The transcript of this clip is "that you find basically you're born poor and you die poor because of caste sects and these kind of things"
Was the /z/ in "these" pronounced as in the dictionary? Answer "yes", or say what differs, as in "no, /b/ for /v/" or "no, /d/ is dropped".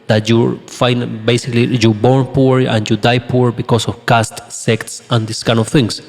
no, /s/ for /z/